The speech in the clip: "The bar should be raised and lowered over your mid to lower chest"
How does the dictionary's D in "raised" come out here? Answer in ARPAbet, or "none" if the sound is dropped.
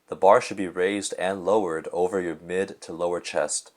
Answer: D